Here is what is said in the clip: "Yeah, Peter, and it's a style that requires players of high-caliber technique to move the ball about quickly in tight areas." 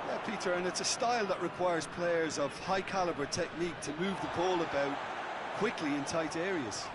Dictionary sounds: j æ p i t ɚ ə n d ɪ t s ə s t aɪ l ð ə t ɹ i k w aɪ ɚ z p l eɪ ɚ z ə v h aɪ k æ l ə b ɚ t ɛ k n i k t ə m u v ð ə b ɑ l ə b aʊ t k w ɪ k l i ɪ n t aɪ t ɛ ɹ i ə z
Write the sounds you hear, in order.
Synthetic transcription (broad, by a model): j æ p i t ɚ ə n ɪ t s ə s t aɪ l ð ə t ɹ i k w aɪ ɚ z p l eɪ ɚ z ə v h aɪ k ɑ l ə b ɚ t ɛ k n i k t ə m u v ð ə b ɑ l ə b aʊ t k w ɪ k l i ɪ n t aɪ t ɛ ɹ i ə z